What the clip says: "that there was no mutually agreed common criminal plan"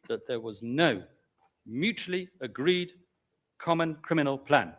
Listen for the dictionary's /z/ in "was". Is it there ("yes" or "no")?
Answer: yes